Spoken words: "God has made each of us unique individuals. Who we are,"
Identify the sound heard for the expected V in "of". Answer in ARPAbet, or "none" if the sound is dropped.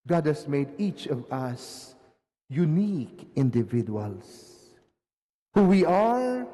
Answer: V